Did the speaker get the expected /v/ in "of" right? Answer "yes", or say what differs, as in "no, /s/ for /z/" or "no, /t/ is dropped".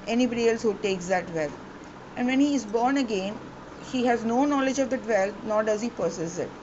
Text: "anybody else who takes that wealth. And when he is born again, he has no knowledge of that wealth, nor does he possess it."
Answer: yes